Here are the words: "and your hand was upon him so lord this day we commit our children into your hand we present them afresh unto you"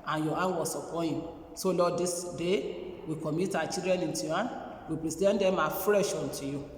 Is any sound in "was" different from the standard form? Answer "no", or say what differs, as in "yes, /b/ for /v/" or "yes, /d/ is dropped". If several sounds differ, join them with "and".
yes, /s/ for /z/